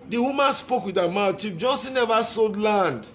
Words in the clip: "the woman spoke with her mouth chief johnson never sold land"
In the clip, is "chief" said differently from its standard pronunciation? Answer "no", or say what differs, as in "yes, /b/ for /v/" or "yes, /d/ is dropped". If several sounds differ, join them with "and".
yes, /p/ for /f/